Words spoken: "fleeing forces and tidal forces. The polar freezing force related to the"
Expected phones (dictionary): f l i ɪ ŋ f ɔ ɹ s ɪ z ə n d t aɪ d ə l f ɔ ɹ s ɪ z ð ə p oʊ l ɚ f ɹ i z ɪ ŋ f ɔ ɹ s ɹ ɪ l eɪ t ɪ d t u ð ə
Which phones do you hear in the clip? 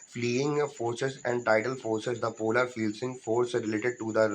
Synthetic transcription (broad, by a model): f l i ɪ ŋ f ɔ ɹ s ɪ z ə n d t aɪ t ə l f ɔ ɹ s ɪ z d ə p oʊ l ɚ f i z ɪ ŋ f ɔ ɹ s ɹ ɪ l eɪ t ɪ d t u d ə